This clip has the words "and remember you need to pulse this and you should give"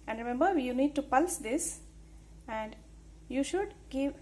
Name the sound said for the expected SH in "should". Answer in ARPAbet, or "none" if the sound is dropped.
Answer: SH